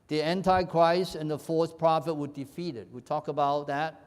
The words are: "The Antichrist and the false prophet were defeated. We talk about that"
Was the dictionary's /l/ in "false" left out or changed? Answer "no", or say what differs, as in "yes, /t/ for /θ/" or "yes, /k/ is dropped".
yes, /l/ is dropped